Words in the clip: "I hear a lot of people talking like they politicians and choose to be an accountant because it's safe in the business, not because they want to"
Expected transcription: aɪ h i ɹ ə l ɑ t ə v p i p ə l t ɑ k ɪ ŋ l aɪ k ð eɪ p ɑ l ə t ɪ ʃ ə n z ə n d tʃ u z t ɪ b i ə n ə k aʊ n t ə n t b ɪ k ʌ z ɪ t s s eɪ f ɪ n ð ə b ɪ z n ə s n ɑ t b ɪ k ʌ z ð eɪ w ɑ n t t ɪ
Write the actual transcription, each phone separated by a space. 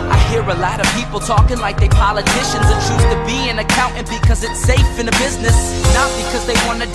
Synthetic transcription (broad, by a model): aɪ h i ɹ ə l ɑ t ə v p i p l t ɑ k ɪ ŋ l aɪ k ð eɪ p ɑ l ə t ɪ ʃ ə n z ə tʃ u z t ɪ b i ə n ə k aʊ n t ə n b ɪ k ʌ z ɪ t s s eɪ f ɪ n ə b ɪ z n ə s n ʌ t b ɪ k ʌ z ð eɪ w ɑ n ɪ